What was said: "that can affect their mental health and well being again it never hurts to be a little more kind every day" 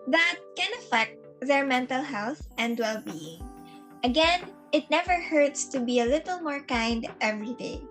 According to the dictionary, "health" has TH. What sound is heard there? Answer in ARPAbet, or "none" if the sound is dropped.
TH